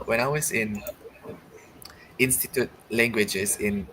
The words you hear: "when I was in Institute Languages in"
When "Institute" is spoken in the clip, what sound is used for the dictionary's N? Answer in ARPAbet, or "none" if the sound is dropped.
N